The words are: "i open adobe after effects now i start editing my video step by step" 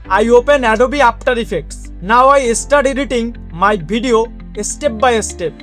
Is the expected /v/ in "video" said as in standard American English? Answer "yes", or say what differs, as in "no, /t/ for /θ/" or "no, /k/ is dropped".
no, /b/ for /v/